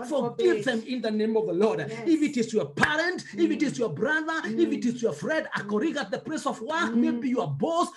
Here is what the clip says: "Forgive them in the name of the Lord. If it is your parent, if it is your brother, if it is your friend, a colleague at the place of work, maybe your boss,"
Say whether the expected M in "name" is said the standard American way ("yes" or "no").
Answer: yes